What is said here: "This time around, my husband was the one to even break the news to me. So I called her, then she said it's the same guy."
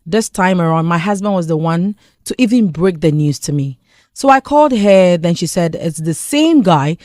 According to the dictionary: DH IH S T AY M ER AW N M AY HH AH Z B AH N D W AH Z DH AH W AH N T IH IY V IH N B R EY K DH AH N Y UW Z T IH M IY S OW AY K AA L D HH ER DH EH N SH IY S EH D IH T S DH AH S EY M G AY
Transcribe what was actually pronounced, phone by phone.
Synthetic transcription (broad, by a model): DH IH S T AY M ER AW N M AY HH AH Z B AH N D W AH Z DH AH W AH N T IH IY V IH N B R EY K DH AH N Y UW Z T IH M IY S OW AY K AA L D HH ER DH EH N SH IY S EH D IH T S DH AH S EY M G AY